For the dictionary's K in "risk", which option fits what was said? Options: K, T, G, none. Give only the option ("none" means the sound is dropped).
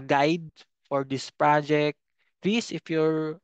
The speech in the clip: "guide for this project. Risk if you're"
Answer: none